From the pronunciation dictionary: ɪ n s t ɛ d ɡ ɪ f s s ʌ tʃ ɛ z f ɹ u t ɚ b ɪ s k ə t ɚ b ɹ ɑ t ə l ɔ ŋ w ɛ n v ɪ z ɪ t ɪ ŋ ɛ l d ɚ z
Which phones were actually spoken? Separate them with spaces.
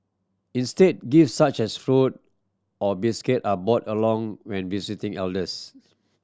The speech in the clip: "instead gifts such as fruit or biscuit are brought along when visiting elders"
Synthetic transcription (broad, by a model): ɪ n s t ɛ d ɡ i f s s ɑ tʃ ɛ s f ɹ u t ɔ b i s k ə t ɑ b ɑ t ə l ɔ ŋ w ɛ n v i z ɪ t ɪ ŋ ɛ l d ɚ s